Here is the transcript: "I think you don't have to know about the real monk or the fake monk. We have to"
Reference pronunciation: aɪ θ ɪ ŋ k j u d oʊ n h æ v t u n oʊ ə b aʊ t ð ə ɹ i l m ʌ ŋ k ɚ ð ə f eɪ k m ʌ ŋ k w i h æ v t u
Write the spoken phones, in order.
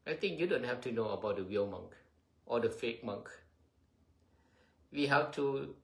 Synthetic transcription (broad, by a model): aɪ t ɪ ŋ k j u d oʊ n h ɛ f t u n oʊ ə b aʊ t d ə w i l m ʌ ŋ k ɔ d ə f eɪ k m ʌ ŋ k w i h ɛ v t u